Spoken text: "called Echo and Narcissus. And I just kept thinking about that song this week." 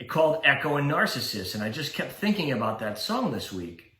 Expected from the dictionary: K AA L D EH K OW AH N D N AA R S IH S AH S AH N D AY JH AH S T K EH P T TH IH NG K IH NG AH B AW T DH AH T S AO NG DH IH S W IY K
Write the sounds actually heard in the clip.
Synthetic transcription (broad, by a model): K AA L D EH K OW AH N N AA R S IH S AH S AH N AY JH AH S K EH P T TH IH NG K IH NG AH B AW T DH AH T S AO NG DH IH S W IY K